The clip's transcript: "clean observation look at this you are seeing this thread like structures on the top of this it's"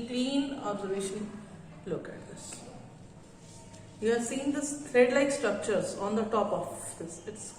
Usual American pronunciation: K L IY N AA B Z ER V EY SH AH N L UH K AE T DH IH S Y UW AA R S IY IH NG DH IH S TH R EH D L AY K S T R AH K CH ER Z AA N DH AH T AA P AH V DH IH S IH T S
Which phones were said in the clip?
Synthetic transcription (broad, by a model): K L IY N AA B Z ER V EY SH AH N L UH K AE T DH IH S Y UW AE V S IY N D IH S T R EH D L AY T S T R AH K CH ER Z AA N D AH T AA P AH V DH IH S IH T S